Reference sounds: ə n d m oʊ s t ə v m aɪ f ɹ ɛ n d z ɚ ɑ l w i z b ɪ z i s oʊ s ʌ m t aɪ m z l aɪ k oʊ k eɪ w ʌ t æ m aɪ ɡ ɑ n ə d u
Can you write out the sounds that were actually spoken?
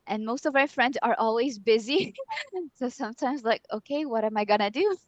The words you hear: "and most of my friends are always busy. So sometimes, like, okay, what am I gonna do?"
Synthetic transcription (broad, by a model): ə n m oʊ s t ə v m aɪ f ɹ ɛ n d z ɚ ɑ l w i z b ɪ z i s oʊ s ʌ m t aɪ m z l aɪ k oʊ k eɪ w ʌ t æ m aɪ ɡ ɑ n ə d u